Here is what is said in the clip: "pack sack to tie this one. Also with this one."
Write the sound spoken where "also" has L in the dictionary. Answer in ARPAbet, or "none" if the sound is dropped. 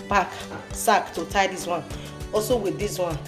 none